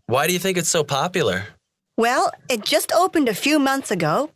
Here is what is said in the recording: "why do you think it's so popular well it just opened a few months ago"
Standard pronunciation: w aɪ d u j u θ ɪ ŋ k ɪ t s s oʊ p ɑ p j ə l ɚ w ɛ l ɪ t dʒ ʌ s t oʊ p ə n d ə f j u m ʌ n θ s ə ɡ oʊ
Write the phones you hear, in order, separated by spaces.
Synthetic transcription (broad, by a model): w aɪ d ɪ j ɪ θ ɪ ŋ k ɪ t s s oʊ p ɑ p j l ɚ w ɛ l ɪ t dʒ ʌ s t oʊ p ə n d ə f j u m ʌ n θ s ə ɡ oʊ